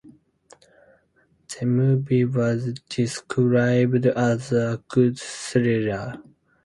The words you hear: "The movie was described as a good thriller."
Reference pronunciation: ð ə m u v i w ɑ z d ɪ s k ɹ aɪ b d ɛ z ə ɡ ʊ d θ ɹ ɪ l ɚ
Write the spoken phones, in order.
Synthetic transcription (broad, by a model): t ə m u b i w ɑ z d ɪ s k ɹ aɪ b d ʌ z ə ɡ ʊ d s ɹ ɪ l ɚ